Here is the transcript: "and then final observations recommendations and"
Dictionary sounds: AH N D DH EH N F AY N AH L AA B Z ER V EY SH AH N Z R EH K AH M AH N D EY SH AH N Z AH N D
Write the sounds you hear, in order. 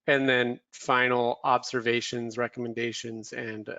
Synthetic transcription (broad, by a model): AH N DH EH N F AY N L AA B Z ER V EY SH AH N Z R EH K AH M AH N D EY SH AH N Z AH N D